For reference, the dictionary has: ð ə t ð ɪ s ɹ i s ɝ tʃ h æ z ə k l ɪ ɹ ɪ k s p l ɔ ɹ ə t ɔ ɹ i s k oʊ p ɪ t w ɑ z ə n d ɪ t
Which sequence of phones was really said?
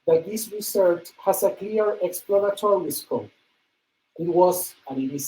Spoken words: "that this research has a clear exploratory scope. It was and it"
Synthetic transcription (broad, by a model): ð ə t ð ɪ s ɹ i s ɝ tʃ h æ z ə k l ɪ ɹ ɪ k s p l ɔ ɹ ə t ɔ ɹ i s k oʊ ɪ t w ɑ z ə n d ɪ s